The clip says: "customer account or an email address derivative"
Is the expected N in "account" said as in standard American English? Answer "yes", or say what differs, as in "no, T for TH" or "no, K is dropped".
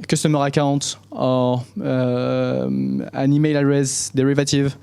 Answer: no, N is dropped